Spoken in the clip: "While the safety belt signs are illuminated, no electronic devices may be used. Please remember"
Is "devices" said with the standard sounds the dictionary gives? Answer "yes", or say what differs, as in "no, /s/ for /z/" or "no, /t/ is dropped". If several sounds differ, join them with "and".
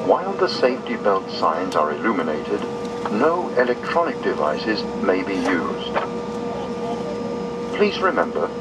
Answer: yes